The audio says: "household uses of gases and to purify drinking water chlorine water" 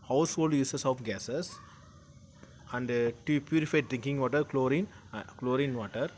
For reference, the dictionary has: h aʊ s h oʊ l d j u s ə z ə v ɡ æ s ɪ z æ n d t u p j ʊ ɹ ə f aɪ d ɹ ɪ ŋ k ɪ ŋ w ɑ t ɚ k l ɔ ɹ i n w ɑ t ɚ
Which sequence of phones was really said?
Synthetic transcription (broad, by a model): h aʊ s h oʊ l d j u s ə s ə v ɡ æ s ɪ s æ n d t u p j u ɹ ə f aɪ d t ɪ ŋ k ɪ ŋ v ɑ t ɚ k l ɔ ɹ i n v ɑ t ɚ